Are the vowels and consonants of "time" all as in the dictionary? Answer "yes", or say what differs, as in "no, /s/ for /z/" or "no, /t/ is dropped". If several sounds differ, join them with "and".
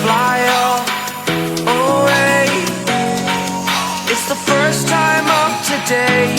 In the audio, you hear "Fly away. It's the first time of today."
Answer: yes